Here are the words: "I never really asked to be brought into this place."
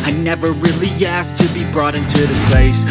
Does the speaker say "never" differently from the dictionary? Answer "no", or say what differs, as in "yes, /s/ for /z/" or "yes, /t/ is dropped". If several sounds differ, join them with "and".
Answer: no